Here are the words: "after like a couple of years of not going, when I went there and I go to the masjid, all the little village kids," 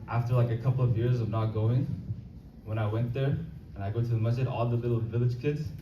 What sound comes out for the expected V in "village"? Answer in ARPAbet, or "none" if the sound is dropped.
V